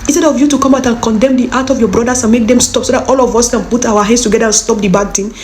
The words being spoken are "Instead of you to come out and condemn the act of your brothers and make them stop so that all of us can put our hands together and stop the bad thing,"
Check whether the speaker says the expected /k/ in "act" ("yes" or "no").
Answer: no